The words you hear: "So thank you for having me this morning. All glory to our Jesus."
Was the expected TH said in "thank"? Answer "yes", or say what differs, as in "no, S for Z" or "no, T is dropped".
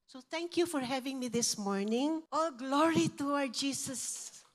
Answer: no, T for TH